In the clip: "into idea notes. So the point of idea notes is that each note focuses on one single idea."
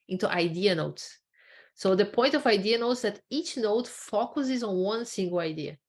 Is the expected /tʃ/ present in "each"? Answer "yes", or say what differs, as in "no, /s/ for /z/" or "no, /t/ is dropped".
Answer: yes